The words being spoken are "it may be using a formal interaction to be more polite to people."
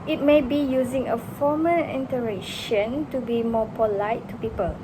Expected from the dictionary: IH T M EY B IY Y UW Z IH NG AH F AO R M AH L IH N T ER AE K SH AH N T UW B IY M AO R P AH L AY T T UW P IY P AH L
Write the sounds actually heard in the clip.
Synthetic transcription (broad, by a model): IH T M EY B IY Y UW Z IH NG AH F AO M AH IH N T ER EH SH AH N T UW B IY M AO P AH L AY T T UW P IY P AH L